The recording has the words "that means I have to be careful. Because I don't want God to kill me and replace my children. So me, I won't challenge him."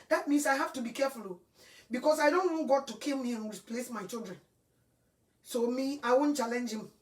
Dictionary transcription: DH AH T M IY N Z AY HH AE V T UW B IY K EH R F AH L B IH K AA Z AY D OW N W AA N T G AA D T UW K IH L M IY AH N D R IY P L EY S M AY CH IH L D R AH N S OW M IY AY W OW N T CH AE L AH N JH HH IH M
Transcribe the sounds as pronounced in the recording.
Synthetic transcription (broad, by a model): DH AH T M IY N S AY HH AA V T UW B IY K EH F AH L B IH K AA S AY D OW N W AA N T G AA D T UW K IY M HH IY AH N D R IY P L EY S M AY CH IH L D R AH N S OW M IY AY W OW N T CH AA L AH N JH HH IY M